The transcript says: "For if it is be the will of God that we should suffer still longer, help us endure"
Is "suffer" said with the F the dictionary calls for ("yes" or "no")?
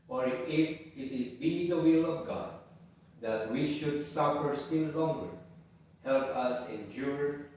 yes